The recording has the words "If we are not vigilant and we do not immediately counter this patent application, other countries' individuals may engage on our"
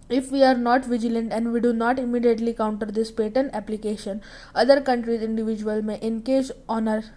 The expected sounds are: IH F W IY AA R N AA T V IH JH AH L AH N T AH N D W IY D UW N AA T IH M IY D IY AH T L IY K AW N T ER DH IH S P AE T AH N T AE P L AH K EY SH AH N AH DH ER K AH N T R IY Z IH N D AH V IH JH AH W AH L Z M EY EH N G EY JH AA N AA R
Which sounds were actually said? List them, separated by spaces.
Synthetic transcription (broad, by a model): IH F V IY AA R N AA T V IH JH AH L AH N T AH N D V IY D UW N AA T IH M IY D IY AH T L IY K AW N T ER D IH S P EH T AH N AE P L AH K EY SH AH N AH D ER K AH N T R IY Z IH N D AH V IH JH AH AH L M EY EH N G EY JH AA N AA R